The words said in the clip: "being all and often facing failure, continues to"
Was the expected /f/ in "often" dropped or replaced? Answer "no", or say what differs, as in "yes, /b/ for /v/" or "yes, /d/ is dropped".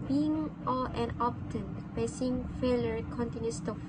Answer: yes, /p/ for /f/